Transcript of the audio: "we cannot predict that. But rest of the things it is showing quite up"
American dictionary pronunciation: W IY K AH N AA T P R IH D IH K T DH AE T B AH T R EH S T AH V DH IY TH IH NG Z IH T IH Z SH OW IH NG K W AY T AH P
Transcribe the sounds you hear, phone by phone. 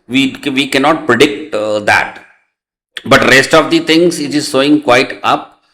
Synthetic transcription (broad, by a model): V IY K AH N AA T P R IH D IH K T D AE T B AH T R EH S T AH V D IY T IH NG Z IH T IH Z S OW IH NG K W AY T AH P